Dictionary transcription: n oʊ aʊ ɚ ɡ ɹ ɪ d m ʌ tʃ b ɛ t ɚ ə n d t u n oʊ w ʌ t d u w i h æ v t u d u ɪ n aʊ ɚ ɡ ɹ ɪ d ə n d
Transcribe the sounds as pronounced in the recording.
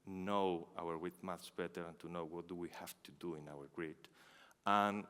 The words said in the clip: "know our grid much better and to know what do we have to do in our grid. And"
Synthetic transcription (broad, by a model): n oʊ aʊ ɚ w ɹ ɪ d m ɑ s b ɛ t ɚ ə n t u n oʊ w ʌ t d u w i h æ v t u d u ɪ n aʊ ɚ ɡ ɹ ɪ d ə n